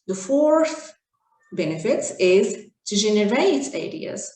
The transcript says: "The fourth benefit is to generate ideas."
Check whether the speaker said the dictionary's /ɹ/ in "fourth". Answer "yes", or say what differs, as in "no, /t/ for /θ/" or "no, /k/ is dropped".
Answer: yes